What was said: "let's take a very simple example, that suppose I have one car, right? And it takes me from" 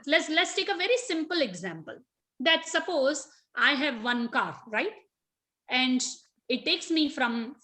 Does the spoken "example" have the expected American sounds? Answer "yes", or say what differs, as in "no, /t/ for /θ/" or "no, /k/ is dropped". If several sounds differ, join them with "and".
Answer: yes